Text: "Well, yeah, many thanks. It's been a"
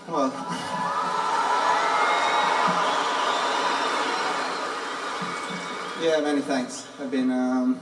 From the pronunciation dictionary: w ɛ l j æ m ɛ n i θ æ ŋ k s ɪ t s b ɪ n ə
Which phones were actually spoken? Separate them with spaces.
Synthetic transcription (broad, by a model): w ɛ l j æ m ɛ n i θ æ ŋ k s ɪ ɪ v b ɪ n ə